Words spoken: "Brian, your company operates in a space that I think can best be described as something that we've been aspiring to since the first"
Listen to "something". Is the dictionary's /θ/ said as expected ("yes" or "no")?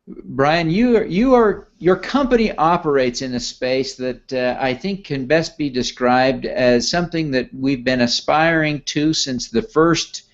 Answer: yes